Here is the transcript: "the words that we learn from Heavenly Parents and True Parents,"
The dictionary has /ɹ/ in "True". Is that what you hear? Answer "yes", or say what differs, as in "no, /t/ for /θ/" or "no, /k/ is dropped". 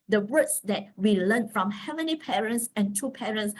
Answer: no, /ɹ/ is dropped